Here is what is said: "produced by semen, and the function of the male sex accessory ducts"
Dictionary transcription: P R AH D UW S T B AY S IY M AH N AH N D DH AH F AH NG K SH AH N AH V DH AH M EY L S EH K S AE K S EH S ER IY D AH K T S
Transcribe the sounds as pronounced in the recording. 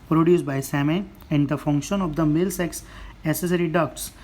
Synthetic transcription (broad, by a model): P R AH D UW S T B AY S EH M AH AH N D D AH F AH NG K SH AH N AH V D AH M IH L S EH K S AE S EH S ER IY D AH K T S